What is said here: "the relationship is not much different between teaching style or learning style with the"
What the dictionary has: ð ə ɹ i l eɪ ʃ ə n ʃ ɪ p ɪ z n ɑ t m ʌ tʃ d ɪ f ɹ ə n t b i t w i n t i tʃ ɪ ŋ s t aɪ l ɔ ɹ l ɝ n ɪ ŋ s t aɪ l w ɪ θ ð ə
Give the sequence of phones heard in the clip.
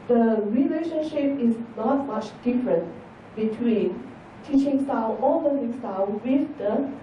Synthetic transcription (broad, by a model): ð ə ɹ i l eɪ ʃ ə n ʃ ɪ p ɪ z n ɑ t m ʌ tʃ d ɪ f ɹ ə n t b i t w i n t i tʃ ɪ ŋ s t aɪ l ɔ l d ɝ ɪ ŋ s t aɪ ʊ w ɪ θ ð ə